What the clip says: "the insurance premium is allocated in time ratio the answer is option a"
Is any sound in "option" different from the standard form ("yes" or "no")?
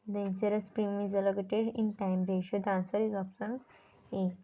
yes